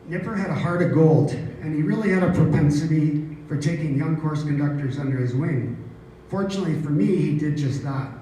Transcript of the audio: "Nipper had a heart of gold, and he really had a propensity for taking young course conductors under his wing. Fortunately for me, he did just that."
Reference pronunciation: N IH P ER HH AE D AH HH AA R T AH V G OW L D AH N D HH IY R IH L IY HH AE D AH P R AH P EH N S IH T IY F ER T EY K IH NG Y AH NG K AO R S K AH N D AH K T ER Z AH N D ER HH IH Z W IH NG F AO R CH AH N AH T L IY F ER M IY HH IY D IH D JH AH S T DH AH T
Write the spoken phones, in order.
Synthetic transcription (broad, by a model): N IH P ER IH D AH HH AA R T AH V G OW L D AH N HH IY R IH L IY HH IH D AH P R AH P EH N S IH T IY F ER T EY K IH NG Y AH NG K AO R S K AH N D AH K T ER Z AH N D ER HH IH Z W IH NG F AO R CH AH N AH T L IY F ER M IY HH IY D IH D JH AH S T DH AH T